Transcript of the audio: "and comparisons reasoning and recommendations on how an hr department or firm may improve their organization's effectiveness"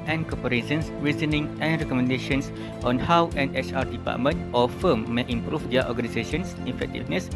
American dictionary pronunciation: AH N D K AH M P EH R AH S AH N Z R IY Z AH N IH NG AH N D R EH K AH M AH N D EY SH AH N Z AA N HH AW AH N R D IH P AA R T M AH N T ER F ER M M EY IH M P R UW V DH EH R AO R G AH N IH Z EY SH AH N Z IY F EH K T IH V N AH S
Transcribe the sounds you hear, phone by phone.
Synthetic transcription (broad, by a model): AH N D K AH P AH R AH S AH N S R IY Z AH N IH NG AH N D R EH K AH M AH N D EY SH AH N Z AA N HH AW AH N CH D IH P AA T M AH N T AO F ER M M EY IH M P R UW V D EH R AO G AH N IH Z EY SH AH N S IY F EH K T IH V N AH S